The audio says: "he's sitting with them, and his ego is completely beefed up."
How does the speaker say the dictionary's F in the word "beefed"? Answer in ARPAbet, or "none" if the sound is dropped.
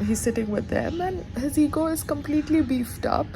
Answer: F